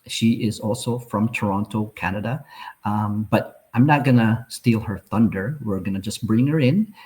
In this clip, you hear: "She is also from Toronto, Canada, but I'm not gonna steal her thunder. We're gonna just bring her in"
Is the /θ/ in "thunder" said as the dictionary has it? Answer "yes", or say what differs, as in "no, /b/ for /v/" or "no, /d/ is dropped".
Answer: yes